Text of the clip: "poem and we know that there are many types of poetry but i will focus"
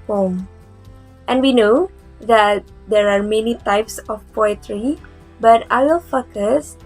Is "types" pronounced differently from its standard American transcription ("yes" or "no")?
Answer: no